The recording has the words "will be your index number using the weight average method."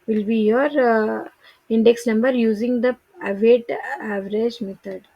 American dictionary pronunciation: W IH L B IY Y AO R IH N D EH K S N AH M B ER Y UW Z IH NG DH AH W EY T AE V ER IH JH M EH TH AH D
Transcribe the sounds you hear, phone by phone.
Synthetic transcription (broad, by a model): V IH L B IY Y AO R IH N D EH K S N AH M B ER Y UW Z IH NG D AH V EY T AE V ER IH JH M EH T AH D